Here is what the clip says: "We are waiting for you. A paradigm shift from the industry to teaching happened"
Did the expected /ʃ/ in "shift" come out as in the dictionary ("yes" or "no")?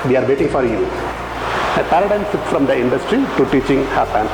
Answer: no